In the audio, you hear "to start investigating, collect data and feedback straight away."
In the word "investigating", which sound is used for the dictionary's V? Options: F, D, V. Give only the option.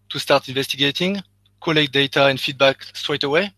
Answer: V